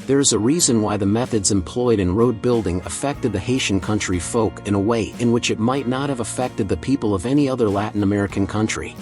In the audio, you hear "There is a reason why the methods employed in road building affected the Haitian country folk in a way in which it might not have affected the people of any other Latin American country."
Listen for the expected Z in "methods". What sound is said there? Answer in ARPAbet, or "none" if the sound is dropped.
Z